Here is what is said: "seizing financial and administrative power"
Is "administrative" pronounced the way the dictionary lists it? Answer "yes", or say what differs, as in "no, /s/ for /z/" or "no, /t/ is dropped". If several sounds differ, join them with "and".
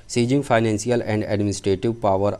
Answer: yes